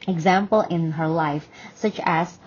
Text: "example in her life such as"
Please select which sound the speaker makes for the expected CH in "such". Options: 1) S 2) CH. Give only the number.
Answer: 2